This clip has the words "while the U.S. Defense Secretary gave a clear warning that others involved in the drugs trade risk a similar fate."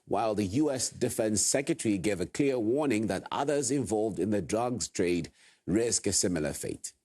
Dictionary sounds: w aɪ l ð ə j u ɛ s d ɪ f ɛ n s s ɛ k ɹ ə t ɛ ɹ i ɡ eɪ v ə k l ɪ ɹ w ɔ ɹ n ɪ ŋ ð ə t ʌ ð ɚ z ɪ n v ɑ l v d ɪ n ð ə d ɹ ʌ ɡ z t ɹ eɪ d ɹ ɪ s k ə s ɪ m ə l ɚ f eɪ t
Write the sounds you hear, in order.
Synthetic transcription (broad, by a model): w aɪ l ð ə j u ɛ s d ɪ f ɛ n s s ɛ k ɹ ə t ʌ ɹ i ɡ eɪ v ə k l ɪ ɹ w ɔ ɹ n ɪ ŋ ð ə t ʌ ð ɚ z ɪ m v ɑ l v d ɪ n ð ə d ɹ ʌ ɡ z t ɹ eɪ d ɹ ɪ s k ə s ɪ m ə l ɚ f eɪ t